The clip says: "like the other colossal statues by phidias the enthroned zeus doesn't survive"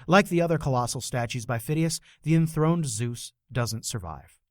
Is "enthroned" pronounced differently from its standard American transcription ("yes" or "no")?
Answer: no